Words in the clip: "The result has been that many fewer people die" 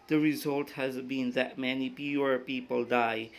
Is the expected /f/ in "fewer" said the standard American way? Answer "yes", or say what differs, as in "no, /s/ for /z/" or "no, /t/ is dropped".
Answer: no, /p/ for /f/